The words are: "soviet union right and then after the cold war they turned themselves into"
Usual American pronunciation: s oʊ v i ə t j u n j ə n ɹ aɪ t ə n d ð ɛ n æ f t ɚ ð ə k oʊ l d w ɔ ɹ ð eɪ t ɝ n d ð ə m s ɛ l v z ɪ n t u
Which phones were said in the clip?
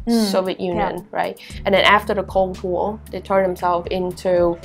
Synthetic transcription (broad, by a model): s oʊ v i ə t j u n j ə n ɹ aɪ t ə n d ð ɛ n æ f t ɚ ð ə k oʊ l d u l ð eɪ t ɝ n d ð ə m s ɛ l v ɪ n t u